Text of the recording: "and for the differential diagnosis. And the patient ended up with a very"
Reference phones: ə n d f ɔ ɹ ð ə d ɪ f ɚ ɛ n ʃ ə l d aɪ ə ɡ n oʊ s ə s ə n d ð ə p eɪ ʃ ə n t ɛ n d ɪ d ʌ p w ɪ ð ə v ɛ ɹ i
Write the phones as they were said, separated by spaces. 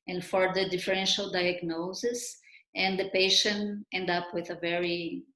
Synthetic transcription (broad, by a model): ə n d f ɔ ɹ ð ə d ɪ f ɚ ɛ n ʃ ə l d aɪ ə ɡ n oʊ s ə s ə n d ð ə p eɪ ʃ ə n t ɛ n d d ʌ p w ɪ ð ə v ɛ ɹ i